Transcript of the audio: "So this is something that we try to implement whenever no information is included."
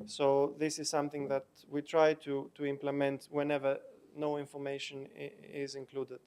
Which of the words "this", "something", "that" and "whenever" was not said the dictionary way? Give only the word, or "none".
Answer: none